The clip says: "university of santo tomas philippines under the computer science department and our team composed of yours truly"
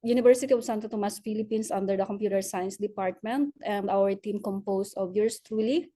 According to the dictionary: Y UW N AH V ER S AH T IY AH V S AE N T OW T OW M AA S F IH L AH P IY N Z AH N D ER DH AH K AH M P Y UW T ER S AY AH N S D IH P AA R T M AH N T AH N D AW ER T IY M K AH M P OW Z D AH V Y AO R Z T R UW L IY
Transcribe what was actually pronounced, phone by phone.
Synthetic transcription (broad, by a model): Y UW N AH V ER S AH T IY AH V S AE N T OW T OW M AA S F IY L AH P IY N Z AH N D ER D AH K AH M P Y UW T ER S AY AH N S D IH P AA R T M AH N T AH N D AW ER T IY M K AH M P OW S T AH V Y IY R S T R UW L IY